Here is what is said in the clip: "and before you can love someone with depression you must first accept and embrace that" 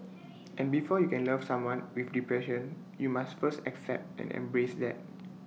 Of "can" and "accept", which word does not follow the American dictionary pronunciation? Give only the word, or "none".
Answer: none